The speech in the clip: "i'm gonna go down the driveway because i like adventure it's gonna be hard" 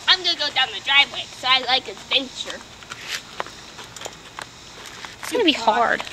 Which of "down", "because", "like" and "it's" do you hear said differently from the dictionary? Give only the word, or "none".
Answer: because